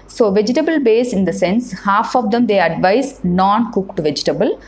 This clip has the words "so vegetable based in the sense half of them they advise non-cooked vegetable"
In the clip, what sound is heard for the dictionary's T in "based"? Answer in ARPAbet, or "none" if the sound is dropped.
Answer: none